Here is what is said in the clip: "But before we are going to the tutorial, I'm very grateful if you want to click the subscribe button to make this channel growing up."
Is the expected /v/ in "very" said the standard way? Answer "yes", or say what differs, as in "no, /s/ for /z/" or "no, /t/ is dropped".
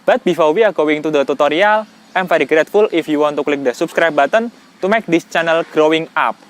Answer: no, /f/ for /v/